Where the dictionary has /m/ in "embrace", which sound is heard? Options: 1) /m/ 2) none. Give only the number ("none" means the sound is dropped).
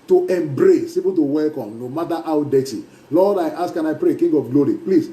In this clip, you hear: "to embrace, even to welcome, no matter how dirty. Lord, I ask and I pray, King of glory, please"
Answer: 1